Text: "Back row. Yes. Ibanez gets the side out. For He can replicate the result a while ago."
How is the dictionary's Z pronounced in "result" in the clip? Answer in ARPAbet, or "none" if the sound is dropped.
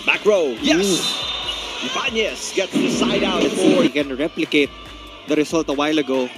S